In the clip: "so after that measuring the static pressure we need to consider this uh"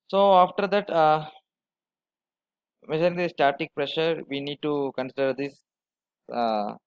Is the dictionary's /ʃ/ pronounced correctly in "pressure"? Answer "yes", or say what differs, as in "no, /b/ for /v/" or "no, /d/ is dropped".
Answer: yes